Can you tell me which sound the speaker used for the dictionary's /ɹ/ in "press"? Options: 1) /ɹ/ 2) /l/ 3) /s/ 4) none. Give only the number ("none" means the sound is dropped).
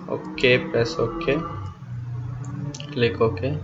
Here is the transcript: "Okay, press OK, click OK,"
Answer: 4